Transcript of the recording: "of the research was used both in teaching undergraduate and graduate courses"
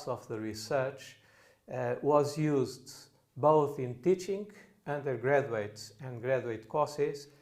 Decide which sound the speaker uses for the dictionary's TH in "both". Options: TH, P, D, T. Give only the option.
TH